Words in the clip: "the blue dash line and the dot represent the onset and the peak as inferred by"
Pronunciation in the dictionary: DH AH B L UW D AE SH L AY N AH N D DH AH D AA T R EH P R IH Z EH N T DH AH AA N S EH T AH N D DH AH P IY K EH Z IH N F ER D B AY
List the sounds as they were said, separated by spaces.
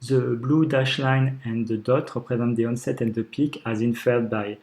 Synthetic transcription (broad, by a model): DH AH B L UW D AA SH L AY N AH N D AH D AA T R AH P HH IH Z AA T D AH AA N S EH T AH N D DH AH P IY K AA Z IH N F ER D B AY